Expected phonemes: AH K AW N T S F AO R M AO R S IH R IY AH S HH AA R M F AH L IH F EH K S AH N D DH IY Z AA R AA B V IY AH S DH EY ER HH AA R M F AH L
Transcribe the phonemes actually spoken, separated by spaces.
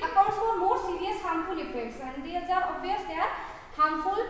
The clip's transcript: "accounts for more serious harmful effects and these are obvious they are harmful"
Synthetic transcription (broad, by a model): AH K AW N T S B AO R M AO R S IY R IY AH S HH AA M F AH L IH P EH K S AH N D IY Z AA R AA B IY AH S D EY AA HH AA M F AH L